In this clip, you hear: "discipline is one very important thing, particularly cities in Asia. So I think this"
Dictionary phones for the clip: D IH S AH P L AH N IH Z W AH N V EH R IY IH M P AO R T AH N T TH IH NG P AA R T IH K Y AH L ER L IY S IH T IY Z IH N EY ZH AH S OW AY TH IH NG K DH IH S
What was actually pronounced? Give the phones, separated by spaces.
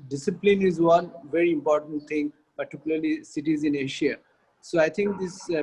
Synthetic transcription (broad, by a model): D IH S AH P L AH N IH Z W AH N V EH R IY IH M P AO R T AH N T T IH NG P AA R T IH K Y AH L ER L IY S IH T IY Z IH N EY SH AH S OW AY T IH NG K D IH S